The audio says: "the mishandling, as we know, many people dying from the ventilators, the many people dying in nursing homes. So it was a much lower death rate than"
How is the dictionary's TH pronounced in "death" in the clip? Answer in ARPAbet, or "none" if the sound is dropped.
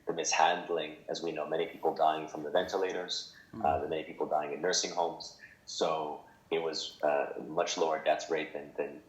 S